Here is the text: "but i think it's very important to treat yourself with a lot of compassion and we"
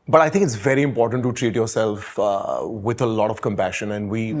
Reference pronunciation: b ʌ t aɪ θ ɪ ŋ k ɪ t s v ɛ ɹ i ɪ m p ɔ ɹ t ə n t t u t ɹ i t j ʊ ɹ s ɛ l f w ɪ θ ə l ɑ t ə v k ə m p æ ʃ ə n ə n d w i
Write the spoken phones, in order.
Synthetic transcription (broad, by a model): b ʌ t aɪ t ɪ ŋ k ɪ t s v ɛ ɹ i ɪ m p ɔ ɹ t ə n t t u t ɹ i t j ʊ ɹ s ɛ l f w ɪ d ə l ɑ t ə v k ə m p æ ʃ ə n ə n d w i